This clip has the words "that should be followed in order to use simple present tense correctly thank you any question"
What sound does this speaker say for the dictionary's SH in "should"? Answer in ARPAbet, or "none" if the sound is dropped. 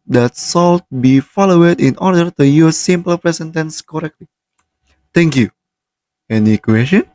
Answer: S